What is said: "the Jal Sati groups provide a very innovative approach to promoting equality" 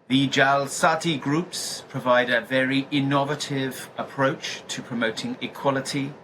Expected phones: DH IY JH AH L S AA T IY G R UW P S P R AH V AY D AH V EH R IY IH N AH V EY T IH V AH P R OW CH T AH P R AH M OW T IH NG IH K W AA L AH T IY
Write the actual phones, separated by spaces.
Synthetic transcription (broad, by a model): DH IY JH AH L S AA T IY G R UW P S P R AH V AY D AH V EH R IY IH N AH V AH T IH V AH P R OW CH T AH P R AH M OW T IH NG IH K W AA L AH T IY